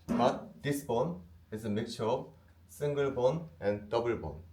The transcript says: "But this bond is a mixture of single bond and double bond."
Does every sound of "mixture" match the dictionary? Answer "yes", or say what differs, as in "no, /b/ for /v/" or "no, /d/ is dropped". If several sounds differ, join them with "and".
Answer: no, /s/ is dropped